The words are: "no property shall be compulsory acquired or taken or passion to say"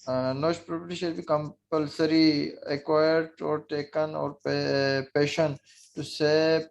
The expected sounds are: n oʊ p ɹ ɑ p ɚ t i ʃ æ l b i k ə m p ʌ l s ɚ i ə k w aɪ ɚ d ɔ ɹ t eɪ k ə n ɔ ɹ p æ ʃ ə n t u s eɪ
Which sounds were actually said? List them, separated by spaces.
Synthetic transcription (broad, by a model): n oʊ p ɹ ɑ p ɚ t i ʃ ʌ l b i k ə m p ʌ l s ɚ i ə k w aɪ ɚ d ɔ ɹ t eɪ k ə n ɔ ɹ p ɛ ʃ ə n t u s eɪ